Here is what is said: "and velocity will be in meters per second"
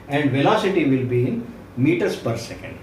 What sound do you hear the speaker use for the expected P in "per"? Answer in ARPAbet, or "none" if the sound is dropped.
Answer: P